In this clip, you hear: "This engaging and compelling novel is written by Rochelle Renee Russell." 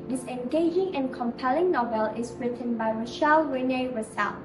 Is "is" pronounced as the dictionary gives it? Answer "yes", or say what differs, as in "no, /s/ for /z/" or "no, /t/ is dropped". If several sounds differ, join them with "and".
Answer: no, /s/ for /z/